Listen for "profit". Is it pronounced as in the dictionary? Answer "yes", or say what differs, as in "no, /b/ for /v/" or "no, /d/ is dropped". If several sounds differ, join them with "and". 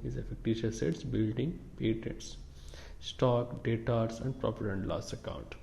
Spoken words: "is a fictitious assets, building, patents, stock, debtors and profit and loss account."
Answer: no, /p/ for /f/